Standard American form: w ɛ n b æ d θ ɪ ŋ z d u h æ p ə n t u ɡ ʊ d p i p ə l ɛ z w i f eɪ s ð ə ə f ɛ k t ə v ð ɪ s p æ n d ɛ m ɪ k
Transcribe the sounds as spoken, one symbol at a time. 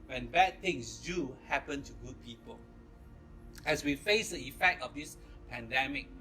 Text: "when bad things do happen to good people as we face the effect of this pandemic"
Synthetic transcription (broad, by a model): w ɛ n b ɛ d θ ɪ ŋ s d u h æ p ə n t u ɡ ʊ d p i p ə l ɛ s w i f eɪ s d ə ə f ɛ k t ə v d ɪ s p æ n d ɛ m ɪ k